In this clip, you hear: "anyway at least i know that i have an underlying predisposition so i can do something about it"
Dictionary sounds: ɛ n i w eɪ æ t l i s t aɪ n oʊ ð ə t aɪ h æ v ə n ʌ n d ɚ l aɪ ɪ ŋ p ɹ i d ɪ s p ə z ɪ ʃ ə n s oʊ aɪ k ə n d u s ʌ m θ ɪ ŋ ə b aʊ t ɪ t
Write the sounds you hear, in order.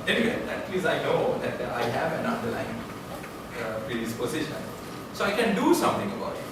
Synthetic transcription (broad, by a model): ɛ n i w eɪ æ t l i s aɪ n oʊ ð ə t aɪ h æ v ə n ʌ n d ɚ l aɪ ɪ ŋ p ɹ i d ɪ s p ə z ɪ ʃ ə n s oʊ aɪ k ə n d u s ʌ m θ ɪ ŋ ə b aʊ t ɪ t